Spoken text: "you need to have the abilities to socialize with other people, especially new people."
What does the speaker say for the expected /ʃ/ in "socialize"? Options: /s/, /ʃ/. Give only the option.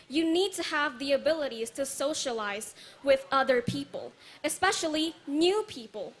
/ʃ/